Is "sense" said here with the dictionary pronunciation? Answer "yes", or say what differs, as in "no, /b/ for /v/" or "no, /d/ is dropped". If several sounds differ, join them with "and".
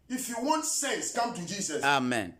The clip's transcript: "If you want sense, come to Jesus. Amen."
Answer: no, /n/ is dropped